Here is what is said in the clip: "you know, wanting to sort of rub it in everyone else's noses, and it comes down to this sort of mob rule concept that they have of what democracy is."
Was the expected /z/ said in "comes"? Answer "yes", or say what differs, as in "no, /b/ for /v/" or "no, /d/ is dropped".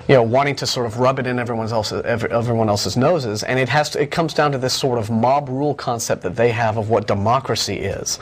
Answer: yes